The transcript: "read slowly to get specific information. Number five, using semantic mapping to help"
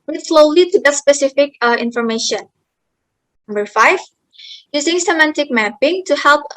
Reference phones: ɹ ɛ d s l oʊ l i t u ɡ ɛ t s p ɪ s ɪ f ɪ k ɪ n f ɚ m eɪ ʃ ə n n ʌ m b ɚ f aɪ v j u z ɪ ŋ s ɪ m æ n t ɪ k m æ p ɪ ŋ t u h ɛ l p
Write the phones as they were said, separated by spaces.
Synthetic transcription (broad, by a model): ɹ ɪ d s l oʊ l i t u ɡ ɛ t s p ɪ s ɪ f ɪ k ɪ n f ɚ m eɪ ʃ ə n n ʌ m b ɚ f aɪ v j u z ɪ ŋ s ɪ m æ n t ɪ k m æ p ɪ ŋ t u h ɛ l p